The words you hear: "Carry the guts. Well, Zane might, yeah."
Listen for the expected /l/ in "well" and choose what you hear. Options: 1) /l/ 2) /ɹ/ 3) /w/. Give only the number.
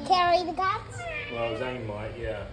3